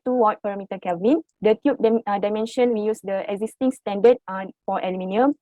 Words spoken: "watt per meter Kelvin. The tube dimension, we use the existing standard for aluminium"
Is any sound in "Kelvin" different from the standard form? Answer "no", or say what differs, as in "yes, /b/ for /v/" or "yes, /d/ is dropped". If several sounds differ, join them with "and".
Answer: yes, /l/ is dropped